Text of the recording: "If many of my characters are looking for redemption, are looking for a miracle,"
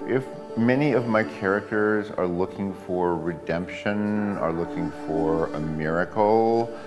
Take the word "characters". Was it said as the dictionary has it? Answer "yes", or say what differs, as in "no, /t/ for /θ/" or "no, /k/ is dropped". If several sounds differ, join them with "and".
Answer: yes